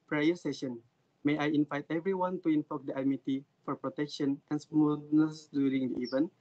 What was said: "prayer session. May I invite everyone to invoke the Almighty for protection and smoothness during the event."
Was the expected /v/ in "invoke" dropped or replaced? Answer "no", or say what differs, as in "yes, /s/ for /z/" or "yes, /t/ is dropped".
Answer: yes, /f/ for /v/